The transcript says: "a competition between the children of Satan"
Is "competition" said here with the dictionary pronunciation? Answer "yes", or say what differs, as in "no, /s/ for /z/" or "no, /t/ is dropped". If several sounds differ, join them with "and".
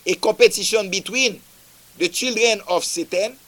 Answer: no, /m/ is dropped